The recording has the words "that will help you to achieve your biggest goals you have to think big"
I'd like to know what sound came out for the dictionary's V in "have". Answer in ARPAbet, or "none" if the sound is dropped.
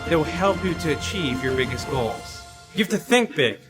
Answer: F